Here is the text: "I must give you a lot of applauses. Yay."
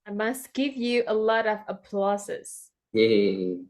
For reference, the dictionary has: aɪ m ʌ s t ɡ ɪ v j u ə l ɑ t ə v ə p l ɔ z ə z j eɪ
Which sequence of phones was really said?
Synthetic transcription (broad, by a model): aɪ m ʌ s t ɡ ɪ v j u ə l ɑ t ə v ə p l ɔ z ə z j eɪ